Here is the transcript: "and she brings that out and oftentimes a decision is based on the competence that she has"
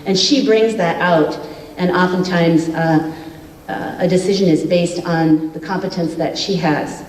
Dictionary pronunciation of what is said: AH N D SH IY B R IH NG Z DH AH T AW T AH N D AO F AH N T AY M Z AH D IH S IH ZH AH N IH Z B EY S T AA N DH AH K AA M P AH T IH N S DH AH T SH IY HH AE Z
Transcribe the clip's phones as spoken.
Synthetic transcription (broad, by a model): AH N SH IY B R IH NG Z DH AH T AW T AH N AO F AH N T AY M Z AH D IH S IH ZH AH N IH Z B EY S T N DH AH K AA M P AH T IH N S DH AH T SH IY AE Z